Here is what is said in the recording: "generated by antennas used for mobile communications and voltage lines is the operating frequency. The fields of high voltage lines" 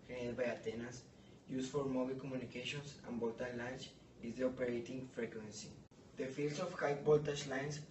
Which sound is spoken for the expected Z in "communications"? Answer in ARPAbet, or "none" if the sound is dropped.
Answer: S